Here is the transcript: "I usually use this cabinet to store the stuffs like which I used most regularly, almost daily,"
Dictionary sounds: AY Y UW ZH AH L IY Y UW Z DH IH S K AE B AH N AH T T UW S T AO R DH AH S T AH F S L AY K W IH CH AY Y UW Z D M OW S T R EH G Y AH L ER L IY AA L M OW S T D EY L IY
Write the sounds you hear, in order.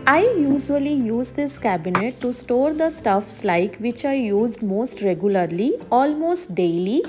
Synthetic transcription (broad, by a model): AY Y UW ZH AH L IY Y UW Z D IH S K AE B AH N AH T T UW S T AO R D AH S T AH F S L AY K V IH CH AY Y UW Z D M OW S T R EH G Y AH L ER L IY AA L M OW S T D EY L IY